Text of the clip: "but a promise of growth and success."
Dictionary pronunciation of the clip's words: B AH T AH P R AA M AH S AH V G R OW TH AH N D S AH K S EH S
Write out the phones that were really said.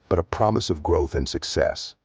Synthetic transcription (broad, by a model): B AH T AH P R AA M AH S AH V G R OW TH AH N S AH K S EH S